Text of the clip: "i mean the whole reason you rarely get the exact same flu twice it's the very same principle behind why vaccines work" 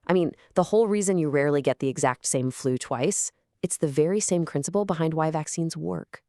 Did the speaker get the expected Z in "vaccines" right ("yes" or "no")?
yes